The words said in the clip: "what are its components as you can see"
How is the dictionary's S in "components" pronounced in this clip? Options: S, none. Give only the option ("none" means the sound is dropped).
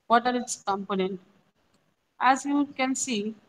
none